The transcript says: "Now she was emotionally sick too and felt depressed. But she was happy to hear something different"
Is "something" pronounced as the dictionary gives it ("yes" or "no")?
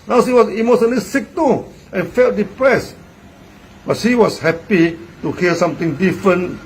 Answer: no